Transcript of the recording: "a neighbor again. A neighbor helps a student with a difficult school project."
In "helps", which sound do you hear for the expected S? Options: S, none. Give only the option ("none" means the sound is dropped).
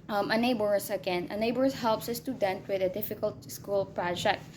S